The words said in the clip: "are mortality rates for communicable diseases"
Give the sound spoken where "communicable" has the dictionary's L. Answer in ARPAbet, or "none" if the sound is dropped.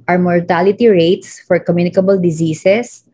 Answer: L